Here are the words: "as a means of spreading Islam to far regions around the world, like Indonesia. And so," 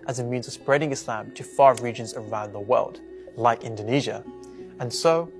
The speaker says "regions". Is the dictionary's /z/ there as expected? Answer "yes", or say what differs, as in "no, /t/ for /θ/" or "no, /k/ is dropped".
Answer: yes